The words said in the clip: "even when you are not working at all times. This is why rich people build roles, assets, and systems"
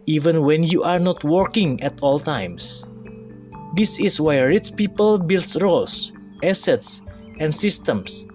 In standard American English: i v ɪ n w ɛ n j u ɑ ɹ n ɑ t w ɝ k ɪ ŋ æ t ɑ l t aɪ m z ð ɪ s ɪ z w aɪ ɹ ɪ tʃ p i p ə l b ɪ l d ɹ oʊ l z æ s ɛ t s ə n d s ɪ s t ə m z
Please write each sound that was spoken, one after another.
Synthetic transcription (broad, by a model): i v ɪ n w ɛ n j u ɑ ɹ n ɑ t w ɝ k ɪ ŋ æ t ɑ l t aɪ m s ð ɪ s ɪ s w aɪ ɹ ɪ s p i p ə l b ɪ l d ɹ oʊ l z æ s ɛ t s ə n d s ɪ s t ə m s